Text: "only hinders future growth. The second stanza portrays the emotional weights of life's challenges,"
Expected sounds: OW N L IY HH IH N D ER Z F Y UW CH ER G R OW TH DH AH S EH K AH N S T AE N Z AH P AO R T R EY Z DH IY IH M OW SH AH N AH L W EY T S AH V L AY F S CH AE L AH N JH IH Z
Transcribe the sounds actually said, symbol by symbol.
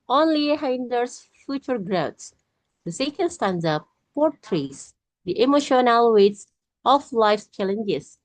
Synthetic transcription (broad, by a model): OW N L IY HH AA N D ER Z F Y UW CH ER G R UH S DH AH S EH K AH N S T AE N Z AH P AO R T R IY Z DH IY IH M OW SH AH N AH L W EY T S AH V L AY F S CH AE L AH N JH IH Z